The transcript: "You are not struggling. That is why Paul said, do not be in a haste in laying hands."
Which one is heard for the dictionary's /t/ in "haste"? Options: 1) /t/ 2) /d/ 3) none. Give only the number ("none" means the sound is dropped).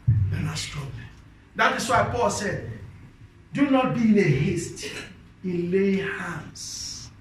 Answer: 1